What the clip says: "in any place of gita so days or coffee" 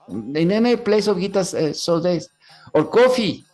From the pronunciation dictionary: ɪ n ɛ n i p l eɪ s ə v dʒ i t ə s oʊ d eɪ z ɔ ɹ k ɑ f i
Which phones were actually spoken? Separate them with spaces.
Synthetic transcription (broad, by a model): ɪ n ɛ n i p l eɪ s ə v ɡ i t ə s oʊ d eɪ s ɔ ɹ k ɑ f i